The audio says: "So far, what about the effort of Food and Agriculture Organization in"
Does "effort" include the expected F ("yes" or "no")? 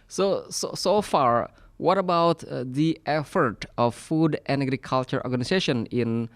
yes